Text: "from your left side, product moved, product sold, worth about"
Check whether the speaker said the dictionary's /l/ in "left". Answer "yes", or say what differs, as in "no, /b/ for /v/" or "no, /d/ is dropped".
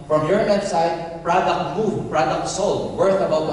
no, /n/ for /l/